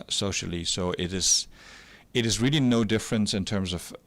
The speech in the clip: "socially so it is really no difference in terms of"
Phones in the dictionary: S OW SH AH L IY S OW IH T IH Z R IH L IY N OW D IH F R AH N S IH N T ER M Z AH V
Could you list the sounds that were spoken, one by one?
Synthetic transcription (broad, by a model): S OW SH L IY S OW IH T IH Z R IH L IY N OW D IH F R AH N S IH N T ER M Z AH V